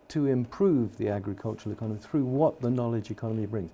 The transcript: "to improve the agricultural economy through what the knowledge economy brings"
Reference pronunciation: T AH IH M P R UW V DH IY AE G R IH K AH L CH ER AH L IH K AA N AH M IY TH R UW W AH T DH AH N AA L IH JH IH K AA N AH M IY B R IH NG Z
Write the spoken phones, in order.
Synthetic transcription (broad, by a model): T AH IH M P R UW V DH IY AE G R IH K AH L CH ER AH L IH K AA N AH M IY TH R UW W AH T DH AH N AA L IH JH IH K AA N AH M IY B R IH NG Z